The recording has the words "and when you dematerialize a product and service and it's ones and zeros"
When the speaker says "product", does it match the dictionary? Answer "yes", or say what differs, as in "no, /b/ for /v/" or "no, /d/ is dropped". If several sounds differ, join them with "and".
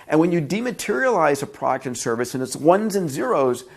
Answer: yes